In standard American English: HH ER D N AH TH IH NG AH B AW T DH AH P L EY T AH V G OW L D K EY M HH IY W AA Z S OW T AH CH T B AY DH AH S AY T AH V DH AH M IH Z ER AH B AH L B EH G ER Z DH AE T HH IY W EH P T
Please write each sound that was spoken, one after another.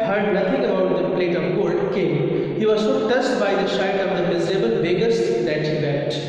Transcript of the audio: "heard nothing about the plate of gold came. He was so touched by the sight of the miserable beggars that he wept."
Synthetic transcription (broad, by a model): HH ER D N AH T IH NG AH B AW T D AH P L EY T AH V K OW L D K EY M HH IY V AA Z S OW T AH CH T B AY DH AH SH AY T AH V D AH M IH Z ER AH B AH L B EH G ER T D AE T HH IY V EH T